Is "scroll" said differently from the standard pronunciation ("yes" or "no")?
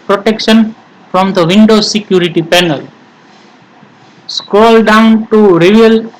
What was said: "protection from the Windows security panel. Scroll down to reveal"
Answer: yes